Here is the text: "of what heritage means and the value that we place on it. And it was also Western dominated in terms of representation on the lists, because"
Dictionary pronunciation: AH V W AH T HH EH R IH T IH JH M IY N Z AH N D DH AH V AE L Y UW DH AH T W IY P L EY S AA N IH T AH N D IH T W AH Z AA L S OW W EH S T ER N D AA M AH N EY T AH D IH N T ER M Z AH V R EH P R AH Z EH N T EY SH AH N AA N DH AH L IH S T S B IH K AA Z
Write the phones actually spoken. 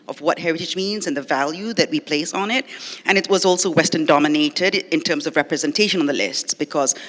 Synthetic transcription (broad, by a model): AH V W AH T HH EH R IH T IH JH M IY N Z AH N DH AH V AE L Y UW DH AH T W IY P L EY S N IH T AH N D IH T W AH Z AA L S OW W EH S T ER N D AA M AH N EY T AH D IH N T ER M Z AH V R EH P R AH Z EH N T EY SH AH N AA N DH AH L IH S T S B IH K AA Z